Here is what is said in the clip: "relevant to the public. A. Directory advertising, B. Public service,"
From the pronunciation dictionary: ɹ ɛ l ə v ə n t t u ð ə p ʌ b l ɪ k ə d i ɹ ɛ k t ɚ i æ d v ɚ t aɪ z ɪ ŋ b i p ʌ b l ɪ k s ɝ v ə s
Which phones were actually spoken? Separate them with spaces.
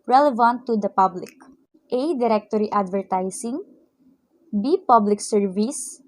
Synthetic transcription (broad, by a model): ɹ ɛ l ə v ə n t t u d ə p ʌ b l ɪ k ə d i ɹ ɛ k t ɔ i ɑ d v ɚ t aɪ s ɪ ŋ b i p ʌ b l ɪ k s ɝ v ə s